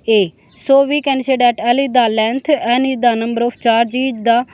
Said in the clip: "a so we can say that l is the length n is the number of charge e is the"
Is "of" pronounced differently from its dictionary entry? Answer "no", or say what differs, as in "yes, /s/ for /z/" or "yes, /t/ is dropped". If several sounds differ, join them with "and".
yes, /p/ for /v/